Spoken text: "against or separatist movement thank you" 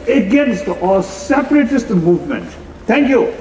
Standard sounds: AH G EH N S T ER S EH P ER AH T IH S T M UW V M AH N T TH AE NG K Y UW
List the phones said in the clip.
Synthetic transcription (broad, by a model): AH G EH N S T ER S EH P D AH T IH S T M UW V M AH N T T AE NG K Y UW